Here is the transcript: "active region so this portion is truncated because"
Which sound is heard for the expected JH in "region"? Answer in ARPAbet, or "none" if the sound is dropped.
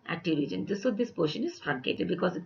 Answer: none